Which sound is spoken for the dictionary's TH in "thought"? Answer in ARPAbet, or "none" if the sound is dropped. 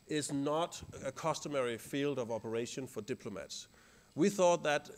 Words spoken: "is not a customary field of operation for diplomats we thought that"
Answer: TH